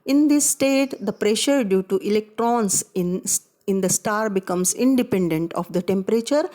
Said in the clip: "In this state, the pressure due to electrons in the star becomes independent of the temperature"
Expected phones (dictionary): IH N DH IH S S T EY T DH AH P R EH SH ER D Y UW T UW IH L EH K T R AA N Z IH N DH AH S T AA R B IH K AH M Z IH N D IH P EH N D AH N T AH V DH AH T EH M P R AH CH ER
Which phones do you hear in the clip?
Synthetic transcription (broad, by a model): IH N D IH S S T EY T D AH P R EH SH ER D Y UW T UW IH L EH K T R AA N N IH N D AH S T AA R B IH K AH M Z IH N D IH P EH N D AH N T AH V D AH T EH M P R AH CH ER